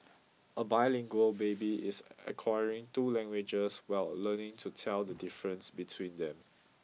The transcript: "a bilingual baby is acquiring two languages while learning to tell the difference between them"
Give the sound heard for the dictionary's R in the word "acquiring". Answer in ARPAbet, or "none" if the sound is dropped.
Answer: R